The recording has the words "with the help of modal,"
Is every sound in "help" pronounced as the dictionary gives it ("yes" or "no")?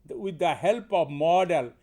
yes